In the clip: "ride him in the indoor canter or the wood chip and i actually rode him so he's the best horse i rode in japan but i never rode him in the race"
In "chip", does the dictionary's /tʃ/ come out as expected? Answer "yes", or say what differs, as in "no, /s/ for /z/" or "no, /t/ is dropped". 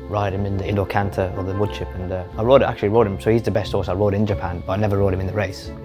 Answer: no, /ʃ/ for /tʃ/